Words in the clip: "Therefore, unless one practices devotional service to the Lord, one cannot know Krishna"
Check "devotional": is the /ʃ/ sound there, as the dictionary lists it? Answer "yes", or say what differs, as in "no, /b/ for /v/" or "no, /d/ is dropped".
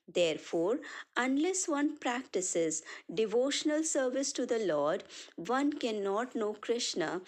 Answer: yes